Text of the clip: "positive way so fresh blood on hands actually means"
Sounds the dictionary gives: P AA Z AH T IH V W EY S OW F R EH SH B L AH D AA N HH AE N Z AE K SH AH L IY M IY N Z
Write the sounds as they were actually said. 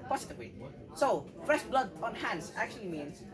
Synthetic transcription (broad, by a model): P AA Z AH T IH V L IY S OW F R EH SH B L AH D AA N HH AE N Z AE K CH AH L IY M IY N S